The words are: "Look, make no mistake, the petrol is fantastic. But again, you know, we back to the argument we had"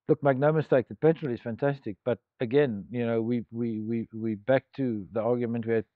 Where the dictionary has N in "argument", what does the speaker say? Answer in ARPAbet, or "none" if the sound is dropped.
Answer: N